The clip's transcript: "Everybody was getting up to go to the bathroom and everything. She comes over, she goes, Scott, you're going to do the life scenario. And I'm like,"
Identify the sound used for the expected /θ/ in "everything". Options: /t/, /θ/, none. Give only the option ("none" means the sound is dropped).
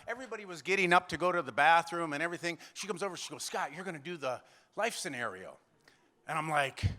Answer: /θ/